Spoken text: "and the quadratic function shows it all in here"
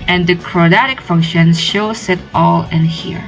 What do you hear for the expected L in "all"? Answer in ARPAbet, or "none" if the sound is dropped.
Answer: L